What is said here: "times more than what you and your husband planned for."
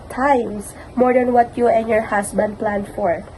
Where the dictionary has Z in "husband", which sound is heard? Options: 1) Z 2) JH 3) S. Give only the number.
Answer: 3